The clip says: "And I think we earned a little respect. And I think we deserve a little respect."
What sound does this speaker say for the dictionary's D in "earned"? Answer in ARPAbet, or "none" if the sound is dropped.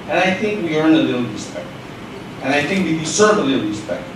none